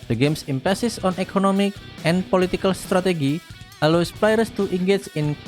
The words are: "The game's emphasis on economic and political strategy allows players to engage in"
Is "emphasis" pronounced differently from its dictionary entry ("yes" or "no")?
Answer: yes